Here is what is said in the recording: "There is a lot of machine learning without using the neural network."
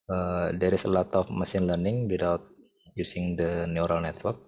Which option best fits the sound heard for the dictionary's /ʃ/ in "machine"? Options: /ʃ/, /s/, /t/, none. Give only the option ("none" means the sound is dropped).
/s/